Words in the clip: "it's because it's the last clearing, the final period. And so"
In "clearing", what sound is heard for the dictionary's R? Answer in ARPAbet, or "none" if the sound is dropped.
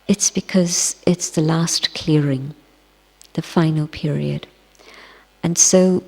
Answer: R